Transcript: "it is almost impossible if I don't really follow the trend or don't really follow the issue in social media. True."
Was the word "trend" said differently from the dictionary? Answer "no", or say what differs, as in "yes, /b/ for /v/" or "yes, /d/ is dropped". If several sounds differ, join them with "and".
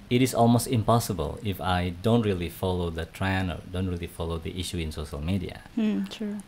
yes, /d/ is dropped